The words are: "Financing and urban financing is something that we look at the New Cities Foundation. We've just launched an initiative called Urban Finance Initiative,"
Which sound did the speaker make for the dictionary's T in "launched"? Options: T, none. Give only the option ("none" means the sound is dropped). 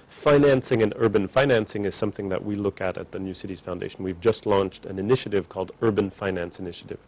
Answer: T